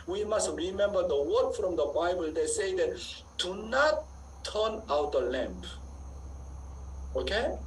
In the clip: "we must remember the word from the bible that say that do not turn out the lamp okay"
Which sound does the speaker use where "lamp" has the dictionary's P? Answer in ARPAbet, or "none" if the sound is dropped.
P